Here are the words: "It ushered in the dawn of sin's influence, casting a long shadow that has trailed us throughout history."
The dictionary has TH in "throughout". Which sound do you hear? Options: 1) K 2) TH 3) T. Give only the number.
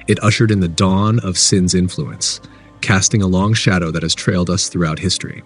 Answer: 2